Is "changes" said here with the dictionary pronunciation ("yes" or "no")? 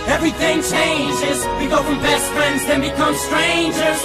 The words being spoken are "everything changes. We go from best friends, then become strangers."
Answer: yes